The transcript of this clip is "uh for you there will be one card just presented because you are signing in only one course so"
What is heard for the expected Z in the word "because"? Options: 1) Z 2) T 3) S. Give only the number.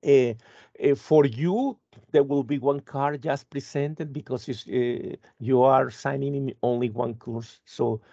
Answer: 3